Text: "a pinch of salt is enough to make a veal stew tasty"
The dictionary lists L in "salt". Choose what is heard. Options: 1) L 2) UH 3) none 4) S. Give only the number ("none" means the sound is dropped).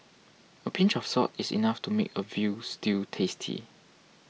3